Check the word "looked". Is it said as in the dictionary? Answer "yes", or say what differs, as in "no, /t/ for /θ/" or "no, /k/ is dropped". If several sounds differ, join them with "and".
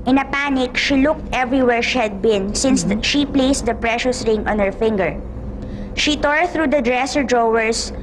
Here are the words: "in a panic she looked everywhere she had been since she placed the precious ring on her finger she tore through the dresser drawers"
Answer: yes